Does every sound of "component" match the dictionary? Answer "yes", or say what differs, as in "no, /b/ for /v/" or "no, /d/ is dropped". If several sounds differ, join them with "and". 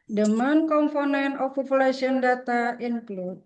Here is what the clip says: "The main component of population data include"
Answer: no, /t/ is dropped